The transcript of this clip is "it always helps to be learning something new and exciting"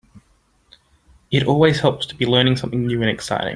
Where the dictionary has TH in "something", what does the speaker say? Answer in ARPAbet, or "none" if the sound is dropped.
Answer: TH